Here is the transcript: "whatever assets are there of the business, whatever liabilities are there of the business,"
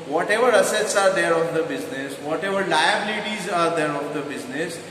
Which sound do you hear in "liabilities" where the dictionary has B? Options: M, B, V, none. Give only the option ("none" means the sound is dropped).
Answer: B